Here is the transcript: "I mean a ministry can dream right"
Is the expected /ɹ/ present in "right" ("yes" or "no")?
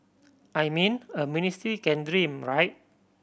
yes